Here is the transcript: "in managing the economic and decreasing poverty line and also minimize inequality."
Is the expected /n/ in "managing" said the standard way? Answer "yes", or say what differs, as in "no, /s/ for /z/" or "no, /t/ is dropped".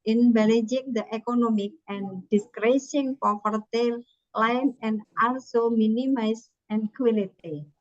no, /l/ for /n/